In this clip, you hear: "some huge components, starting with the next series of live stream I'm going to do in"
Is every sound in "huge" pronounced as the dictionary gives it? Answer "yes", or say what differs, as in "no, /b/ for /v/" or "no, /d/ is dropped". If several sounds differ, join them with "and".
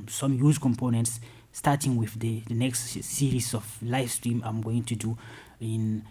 no, /z/ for /dʒ/